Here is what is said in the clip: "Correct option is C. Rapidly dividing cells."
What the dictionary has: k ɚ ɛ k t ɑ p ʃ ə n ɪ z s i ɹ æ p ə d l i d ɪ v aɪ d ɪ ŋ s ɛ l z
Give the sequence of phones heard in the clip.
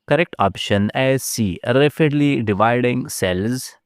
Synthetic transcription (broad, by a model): k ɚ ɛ k t ɑ p ʃ ə n ɪ z s i ɹ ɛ f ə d l i d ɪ v aɪ d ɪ ŋ s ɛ l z